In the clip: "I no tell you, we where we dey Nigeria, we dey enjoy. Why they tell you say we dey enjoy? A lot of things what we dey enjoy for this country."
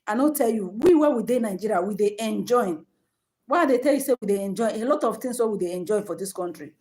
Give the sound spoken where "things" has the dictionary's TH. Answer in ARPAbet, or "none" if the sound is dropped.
T